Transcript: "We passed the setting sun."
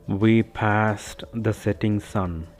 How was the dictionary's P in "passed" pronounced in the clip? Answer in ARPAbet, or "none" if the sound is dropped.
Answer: P